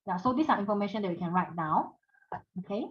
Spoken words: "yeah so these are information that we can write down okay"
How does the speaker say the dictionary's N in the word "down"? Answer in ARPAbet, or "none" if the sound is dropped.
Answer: none